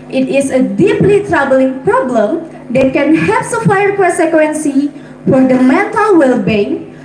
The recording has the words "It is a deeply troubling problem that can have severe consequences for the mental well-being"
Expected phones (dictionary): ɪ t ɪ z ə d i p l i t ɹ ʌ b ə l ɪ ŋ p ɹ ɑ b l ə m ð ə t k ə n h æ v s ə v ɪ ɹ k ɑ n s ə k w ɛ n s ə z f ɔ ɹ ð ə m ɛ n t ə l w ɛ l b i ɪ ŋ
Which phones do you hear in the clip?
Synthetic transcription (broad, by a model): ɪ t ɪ s ə d i p l i t ɹ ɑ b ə l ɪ ŋ p ɹ ɑ b l ə m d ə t k ə n h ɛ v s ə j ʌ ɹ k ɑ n s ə k w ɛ n s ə f ɔ ɹ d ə m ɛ t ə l w ɛ l b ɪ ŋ